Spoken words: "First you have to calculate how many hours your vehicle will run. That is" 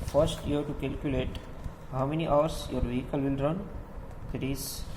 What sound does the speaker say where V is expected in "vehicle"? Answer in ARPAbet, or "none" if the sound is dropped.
V